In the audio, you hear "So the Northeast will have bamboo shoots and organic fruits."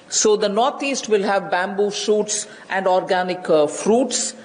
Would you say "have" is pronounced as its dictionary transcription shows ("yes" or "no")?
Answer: yes